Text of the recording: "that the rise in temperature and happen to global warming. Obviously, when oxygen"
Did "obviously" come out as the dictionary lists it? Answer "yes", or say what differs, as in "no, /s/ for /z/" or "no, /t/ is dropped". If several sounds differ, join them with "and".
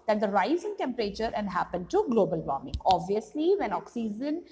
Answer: yes